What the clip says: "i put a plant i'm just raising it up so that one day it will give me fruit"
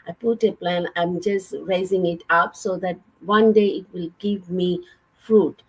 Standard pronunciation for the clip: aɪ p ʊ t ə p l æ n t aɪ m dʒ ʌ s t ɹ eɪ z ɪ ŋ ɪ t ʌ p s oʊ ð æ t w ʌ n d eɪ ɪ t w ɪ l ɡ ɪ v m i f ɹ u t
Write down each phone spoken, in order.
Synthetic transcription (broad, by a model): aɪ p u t ə p l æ n aɪ m dʒ ʌ s t ɹ eɪ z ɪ ŋ ɪ t ʌ p s oʊ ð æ t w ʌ n d eɪ ɪ t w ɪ l ɡ ɪ v m i f ɹ u t